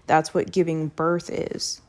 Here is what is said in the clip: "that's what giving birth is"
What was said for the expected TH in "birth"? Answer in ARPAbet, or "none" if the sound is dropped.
TH